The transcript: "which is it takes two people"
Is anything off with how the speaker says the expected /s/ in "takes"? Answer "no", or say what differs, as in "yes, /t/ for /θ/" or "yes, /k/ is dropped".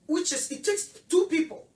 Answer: no